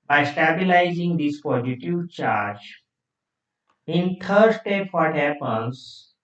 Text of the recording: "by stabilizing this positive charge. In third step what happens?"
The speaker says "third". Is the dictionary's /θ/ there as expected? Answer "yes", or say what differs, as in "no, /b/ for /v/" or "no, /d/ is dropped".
no, /t/ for /θ/